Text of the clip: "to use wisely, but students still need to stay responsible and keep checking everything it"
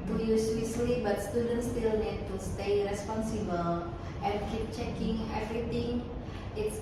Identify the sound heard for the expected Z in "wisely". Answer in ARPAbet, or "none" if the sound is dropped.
S